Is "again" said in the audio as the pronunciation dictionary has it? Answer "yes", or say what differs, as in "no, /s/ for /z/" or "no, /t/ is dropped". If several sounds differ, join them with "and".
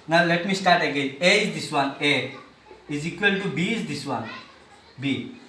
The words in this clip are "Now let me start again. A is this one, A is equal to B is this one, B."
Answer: no, /n/ is dropped